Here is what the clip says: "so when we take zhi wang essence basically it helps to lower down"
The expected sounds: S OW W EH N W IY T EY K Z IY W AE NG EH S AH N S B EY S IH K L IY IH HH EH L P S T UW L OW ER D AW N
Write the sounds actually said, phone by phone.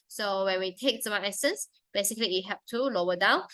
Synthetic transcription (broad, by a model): S OW W EH N W IY T EY K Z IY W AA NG EH S AH N S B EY S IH K L IY IH HH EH P T UW L OW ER D AW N